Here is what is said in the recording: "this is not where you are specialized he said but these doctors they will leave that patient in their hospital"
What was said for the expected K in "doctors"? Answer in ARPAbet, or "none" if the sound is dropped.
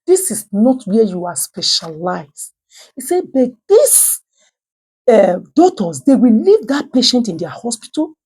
none